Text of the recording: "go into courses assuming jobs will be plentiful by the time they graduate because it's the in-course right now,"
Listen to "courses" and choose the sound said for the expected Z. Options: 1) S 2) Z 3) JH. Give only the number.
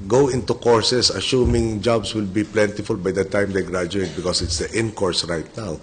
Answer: 1